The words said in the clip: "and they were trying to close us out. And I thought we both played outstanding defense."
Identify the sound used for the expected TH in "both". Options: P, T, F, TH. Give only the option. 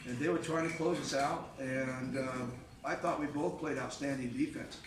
TH